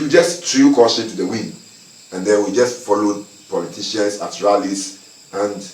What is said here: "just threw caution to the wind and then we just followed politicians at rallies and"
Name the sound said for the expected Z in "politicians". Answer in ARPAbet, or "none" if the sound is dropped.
S